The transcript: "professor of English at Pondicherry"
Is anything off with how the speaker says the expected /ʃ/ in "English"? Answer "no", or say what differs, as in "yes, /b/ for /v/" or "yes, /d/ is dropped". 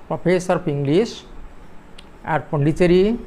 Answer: yes, /s/ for /ʃ/